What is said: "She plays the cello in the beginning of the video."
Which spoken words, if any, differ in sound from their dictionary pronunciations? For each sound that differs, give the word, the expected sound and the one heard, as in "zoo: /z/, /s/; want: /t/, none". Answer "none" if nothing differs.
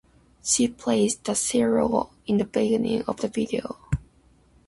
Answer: plays: /z/, /s/; cello: /tʃ/, /s/